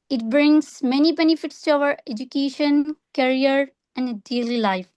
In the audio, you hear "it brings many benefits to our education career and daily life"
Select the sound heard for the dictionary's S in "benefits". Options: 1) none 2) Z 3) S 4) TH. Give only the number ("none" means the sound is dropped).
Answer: 3